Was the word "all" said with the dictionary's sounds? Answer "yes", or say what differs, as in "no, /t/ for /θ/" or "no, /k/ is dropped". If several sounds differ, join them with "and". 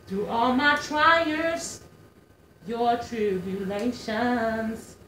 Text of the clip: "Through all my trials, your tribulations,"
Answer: yes